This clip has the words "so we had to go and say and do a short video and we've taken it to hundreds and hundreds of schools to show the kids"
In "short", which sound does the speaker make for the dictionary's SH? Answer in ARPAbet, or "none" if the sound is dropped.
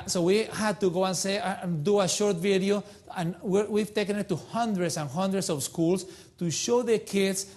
SH